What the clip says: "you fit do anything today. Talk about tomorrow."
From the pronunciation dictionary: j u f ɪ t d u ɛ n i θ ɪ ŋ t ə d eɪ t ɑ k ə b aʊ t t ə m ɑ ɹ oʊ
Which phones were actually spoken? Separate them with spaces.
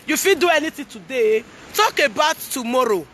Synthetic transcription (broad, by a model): j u f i d u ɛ n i t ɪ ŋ t ə d eɪ t ɑ k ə b aʊ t t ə m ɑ ɹ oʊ